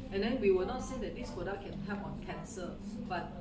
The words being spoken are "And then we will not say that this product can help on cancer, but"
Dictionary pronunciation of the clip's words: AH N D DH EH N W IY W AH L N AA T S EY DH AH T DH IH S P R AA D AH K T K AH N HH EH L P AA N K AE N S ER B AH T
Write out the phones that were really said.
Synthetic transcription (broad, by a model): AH N D EH N W IY W AH L N AA T S EY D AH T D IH S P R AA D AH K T K AH N HH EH P AA N K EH N S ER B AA T